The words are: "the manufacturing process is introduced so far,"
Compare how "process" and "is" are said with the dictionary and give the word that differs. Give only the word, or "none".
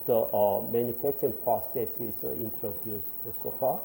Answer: is